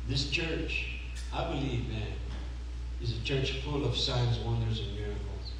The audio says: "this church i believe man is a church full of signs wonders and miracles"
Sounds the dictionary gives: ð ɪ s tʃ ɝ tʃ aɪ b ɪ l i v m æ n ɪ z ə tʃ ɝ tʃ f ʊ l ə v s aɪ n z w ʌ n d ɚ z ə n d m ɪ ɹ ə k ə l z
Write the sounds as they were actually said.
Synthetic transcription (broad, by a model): ð ɪ s tʃ ɝ tʃ aɪ b ɪ l i v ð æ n ɪ z ə tʃ ɝ tʃ f ʊ l ə v s aɪ n z w ʌ n d ɚ z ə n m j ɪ ɹ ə k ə l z